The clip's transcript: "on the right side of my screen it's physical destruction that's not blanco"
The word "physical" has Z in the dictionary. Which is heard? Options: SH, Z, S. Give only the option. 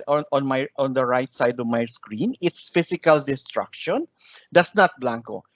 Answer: S